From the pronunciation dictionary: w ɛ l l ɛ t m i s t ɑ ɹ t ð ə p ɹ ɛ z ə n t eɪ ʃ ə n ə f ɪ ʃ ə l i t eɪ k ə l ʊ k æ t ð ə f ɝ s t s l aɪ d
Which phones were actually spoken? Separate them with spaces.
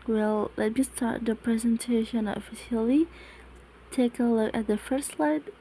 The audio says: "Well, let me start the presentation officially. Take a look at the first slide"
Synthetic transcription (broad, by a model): w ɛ l l ɛ t m i s t ɑ ɹ t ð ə p ɹ ɛ z ə n t eɪ ʃ ə n ə f ɪ ʃ ə l i t eɪ k ə l ʊ k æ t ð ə f ɝ s t s l aɪ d